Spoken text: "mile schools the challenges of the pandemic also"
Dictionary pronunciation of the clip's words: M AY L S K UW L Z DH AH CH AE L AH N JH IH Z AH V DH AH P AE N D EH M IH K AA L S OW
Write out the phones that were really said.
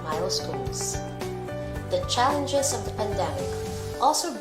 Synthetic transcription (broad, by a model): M AY L S K UW L Z DH AH CH AE L AH N JH IH Z AH V DH AH P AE N D EH M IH K AA L S OW